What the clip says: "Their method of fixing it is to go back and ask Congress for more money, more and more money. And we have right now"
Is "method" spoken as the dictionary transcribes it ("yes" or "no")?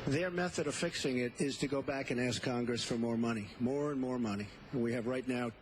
yes